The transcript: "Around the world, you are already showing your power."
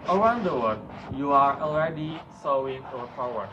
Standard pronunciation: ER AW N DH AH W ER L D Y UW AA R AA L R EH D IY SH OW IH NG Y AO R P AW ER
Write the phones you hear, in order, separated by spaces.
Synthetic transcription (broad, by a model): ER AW N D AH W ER D Y UW AA R AA L R EH D IY S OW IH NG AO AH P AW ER